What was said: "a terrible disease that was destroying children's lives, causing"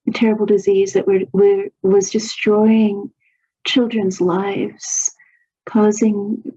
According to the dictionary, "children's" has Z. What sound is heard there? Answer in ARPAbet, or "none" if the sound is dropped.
Z